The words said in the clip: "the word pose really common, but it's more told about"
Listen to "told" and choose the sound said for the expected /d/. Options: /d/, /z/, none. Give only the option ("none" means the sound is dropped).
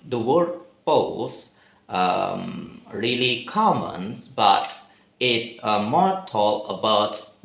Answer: none